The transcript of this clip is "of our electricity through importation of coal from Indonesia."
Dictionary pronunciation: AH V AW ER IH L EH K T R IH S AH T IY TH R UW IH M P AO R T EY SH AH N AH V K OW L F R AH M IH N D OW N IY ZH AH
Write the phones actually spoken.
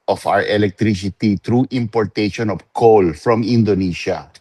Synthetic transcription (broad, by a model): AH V AW ER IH L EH K T R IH S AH T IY T R UW IH M P AO R T EY SH AH N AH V K OW L F R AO M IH N D OW N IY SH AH